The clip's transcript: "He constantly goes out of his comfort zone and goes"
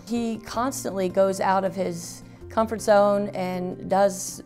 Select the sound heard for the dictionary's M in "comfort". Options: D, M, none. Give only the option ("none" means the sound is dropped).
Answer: M